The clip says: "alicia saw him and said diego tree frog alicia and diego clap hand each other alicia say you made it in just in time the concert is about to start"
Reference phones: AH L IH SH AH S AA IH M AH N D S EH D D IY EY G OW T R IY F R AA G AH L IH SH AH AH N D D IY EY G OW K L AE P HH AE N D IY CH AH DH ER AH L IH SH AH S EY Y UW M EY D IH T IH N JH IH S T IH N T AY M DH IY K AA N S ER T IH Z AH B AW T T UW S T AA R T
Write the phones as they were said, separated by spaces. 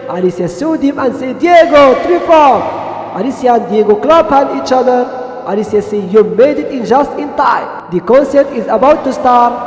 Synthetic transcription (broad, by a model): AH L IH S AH S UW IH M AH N S EH D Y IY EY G OW T R IY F AA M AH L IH S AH AH N D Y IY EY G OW K L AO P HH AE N IY CH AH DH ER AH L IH S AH S EY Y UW M EY D IH T IH N JH IH S T IH N T AY M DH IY K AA N S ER T IH Z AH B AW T T UW S T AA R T